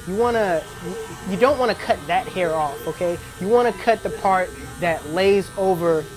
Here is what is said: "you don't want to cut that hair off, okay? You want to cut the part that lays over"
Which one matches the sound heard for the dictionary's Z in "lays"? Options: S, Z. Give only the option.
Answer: Z